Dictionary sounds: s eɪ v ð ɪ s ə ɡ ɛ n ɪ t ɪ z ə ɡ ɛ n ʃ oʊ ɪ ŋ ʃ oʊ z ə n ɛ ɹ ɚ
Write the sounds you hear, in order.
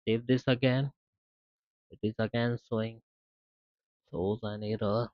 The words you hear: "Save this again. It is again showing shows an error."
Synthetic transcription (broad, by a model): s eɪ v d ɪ s ə ɡ ɛ n ɪ t ɪ z ə ɡ ɛ n s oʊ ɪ ŋ s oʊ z ə n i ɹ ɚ